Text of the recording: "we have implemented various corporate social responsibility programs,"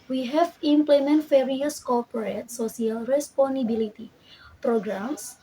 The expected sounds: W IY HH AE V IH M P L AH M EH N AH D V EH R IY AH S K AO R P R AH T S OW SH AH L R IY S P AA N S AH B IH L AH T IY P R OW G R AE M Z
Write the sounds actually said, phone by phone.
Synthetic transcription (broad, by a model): W IY HH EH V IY M P L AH M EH N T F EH R IY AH S K AO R P R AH T S OW S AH L R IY S P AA N AH B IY L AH T IY P R OW G R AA M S